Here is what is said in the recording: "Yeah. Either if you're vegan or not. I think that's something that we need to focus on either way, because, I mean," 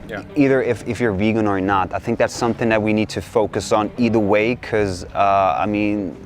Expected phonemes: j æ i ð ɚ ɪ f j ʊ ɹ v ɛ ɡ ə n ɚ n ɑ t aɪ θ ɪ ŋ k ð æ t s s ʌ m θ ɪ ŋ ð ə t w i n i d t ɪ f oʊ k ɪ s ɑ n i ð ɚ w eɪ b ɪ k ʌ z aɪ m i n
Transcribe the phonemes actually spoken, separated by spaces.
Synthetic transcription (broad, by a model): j i ð ɚ ɪ f j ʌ ɹ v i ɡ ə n ɚ n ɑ t aɪ θ ɪ ŋ k ð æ t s s ʌ m θ ɪ ŋ ð ə t w i n i d t ɪ f oʊ k ɪ s n i ð ɚ w eɪ ɪ k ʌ z aɪ m i n